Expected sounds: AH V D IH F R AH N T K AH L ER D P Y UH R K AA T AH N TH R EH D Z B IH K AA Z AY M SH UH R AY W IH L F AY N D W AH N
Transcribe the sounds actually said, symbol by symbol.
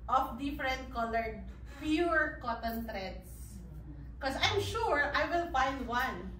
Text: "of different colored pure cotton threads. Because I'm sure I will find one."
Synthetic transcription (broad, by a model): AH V D IH F R AH N T K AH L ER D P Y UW R K AA T AH N T R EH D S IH K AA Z AY M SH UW R AY W IH L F AY N D W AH N